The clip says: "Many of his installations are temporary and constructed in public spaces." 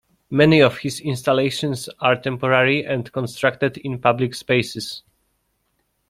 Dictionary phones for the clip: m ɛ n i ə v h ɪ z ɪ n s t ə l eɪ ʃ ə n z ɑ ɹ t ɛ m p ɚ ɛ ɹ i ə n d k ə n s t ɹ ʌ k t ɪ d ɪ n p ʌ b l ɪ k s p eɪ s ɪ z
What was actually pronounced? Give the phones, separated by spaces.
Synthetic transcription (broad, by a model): m ɛ n i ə f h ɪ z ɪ n s t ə l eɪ ʃ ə n s ɑ ɹ t ɛ m p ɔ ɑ ɹ i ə n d k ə n s t ɹ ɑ k t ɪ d ɪ n p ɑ b l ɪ k s p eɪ s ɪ s